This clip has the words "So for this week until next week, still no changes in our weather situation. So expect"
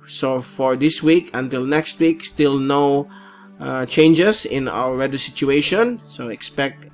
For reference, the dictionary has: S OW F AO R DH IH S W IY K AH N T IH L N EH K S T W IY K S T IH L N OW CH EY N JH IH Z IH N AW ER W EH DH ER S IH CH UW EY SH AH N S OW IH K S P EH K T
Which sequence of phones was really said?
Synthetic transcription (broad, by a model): S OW F AO R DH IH S W IY K AH N T IH L N EH K S T W IY K S T IH L N OW CH EY N JH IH S IH N AW ER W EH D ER S IH CH UW EY SH AH N S OW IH K S P EH K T